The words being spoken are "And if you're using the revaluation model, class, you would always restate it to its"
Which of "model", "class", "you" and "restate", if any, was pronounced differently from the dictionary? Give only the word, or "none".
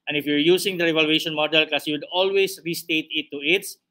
class